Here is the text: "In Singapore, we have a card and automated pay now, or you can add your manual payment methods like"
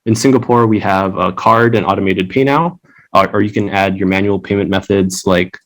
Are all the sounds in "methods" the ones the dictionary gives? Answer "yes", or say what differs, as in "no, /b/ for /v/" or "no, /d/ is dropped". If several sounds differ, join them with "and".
yes